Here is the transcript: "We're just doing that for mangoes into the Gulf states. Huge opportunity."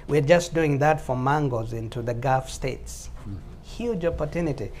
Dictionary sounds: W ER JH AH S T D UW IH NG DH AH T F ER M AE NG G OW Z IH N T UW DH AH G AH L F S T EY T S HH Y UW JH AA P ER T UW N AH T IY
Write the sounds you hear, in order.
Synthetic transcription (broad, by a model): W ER JH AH S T D UW IH NG DH AH T F ER M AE NG G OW Z IH N T UW DH AH G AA F S T EY T S HH Y UW JH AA P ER T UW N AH T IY